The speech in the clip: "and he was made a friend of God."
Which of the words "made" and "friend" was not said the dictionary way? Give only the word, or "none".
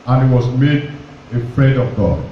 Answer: none